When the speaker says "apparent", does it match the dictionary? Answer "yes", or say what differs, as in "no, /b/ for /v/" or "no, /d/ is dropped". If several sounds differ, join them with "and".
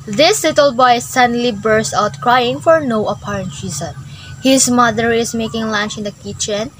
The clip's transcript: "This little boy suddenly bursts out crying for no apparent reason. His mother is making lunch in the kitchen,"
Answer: yes